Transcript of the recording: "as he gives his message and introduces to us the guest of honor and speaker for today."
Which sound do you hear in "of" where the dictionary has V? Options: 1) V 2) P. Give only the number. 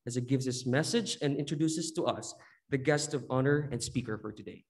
1